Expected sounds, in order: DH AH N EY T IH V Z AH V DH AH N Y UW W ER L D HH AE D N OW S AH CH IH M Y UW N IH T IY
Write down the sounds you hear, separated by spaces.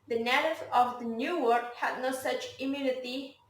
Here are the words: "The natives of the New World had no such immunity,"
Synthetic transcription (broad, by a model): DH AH N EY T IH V AH V DH AH N Y UW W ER D HH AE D N OW S AH CH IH M Y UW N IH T IY